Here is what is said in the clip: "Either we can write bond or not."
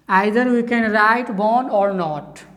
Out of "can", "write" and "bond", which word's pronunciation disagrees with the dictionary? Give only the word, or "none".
bond